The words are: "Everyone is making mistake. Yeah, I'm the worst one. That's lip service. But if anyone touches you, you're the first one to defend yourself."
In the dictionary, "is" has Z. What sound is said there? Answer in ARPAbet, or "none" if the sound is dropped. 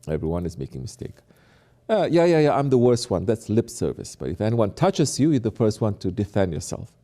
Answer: Z